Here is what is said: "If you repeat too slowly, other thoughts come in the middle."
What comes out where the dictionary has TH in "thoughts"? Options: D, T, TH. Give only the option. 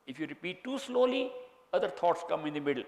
T